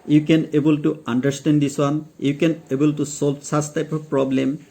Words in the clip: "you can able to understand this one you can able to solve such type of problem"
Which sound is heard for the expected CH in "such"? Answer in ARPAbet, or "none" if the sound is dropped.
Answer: S